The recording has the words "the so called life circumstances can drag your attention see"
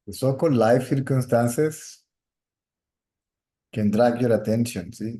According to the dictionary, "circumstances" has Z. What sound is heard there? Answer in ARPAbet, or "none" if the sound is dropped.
S